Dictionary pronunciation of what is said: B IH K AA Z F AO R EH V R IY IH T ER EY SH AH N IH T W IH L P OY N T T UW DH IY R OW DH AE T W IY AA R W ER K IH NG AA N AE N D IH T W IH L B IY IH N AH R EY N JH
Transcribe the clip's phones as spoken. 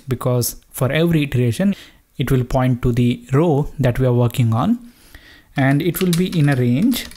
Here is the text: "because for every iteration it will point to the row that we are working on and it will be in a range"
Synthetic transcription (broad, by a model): B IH K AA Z F AO R EH V R IY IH T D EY SH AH N IH T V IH L P OY N T T UW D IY R OW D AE T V IY AA R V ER K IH NG AA N AE N D IH T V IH L B IY IH N AH R EY N JH